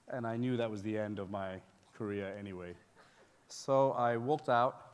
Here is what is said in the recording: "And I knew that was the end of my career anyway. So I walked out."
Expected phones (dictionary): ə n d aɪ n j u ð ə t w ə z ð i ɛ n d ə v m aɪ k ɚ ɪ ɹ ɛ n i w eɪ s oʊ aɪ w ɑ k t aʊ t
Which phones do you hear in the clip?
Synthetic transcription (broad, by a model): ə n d aɪ n j u ð ə t w ə z ð i ɛ n d ə v m aɪ k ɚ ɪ ɹ ɛ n i w eɪ s oʊ aɪ w ɑ k t aʊ t